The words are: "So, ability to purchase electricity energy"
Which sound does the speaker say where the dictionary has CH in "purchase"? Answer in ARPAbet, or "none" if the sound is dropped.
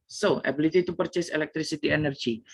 CH